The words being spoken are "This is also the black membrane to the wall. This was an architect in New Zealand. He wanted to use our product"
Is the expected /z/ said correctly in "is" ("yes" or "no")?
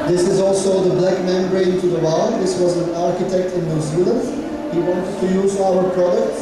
yes